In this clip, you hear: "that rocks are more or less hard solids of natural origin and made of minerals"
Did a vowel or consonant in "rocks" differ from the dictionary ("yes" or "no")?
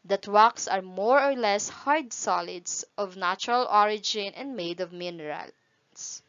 yes